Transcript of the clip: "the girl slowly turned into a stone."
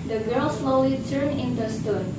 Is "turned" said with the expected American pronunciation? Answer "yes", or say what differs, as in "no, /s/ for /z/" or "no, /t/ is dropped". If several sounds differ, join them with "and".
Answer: no, /d/ is dropped